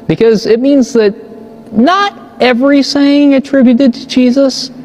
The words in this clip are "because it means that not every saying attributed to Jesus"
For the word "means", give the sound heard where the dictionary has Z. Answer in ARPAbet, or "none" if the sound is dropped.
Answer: Z